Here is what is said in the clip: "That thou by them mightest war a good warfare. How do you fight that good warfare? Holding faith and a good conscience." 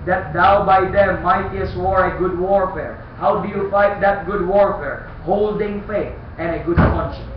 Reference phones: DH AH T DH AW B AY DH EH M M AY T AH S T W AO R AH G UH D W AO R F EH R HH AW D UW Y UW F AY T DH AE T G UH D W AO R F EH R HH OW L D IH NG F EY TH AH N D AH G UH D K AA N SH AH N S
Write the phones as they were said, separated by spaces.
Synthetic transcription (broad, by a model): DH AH T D AW B AY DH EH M M AY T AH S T W AO R AH G UH D W AO R F EH R HH AW D UW Y UW F AY T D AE T G UH D W AO R F EH R HH OW L D IH NG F EY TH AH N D AH G UH D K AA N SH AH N